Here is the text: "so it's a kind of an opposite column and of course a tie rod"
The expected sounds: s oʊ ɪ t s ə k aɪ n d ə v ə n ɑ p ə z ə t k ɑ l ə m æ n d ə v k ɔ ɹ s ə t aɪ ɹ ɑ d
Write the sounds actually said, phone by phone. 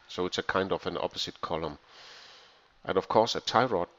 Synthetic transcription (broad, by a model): s oʊ ɪ t s ə k aɪ n d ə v ə n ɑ p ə s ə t k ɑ l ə m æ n ə v k ɔ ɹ s ə t aɪ ɹ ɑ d